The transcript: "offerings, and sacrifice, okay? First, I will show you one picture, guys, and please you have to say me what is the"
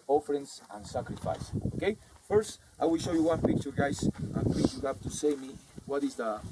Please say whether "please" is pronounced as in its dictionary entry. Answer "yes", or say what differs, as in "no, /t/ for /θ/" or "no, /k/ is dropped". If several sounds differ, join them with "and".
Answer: no, /z/ is dropped